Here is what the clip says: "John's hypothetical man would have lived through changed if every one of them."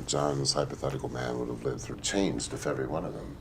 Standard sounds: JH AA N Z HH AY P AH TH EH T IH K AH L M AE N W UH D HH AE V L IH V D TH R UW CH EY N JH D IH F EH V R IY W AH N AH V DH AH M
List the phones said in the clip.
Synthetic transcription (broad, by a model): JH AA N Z HH AY P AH TH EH T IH K L M AE N W UH D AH V L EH D TH R UW CH EY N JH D IH F EH V R IY W AH N AH V DH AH M